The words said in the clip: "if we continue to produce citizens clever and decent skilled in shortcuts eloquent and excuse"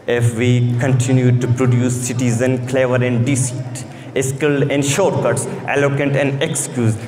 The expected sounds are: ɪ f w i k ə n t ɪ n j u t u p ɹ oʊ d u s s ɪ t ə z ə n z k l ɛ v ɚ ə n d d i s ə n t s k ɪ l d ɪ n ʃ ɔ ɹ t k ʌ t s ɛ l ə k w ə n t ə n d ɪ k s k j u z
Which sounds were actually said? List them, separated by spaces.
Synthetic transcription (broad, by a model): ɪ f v i k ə n t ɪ n j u t u p ɹ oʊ d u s s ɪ t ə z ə n k l ɛ v ɚ ə n d d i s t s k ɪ l ɪ n ʃ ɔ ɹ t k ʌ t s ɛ l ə k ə n t ə n d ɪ k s k j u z